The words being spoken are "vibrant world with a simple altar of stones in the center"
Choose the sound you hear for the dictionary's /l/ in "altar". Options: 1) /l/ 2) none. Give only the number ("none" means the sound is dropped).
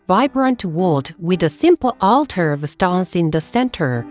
1